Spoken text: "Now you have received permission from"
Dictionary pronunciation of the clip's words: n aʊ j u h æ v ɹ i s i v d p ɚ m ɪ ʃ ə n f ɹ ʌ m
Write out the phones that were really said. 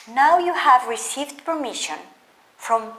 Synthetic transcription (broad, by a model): n aʊ j u h æ v ɹ i s i v d p ɚ m ɪ ʃ ə n f ɹ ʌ m